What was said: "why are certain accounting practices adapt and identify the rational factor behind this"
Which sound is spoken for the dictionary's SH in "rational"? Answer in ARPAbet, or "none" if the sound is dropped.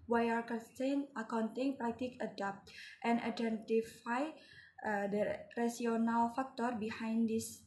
S